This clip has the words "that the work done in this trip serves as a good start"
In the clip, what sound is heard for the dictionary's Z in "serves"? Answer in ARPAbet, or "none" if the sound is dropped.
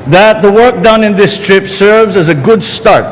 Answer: Z